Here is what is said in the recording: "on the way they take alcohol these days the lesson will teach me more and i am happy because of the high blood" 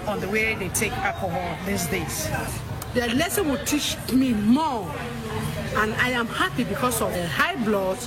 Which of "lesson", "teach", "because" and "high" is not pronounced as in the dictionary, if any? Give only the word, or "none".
because